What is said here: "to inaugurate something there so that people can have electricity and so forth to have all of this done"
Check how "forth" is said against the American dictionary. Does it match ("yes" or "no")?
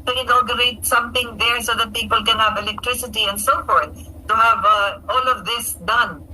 yes